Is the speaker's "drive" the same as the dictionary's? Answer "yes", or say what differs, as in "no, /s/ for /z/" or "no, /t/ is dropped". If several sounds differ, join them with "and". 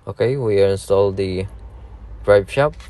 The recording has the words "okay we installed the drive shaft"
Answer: no, /p/ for /v/